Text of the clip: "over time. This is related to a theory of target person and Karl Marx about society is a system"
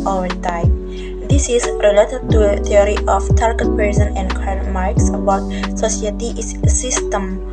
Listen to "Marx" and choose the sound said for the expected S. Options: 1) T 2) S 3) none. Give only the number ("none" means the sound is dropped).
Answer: 2